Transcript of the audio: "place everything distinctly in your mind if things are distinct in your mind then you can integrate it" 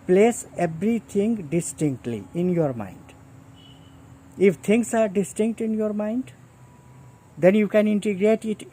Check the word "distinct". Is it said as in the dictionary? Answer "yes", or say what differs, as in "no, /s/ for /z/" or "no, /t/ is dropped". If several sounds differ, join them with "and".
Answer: yes